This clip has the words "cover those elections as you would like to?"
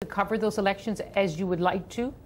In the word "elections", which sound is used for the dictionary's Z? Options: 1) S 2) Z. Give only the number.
2